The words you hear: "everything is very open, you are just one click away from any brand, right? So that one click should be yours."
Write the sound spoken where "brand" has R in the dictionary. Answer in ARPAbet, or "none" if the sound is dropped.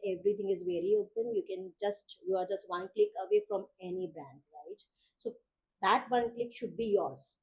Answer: none